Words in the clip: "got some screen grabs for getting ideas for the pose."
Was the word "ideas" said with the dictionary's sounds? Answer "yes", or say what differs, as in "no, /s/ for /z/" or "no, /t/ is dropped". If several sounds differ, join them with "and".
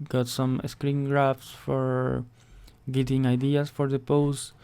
no, /s/ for /z/